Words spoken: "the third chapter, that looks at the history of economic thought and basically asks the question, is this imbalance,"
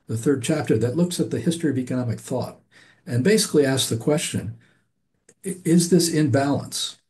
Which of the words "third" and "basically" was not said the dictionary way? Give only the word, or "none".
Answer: none